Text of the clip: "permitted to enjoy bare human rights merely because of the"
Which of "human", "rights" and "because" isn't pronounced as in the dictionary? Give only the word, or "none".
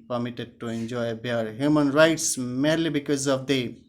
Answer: none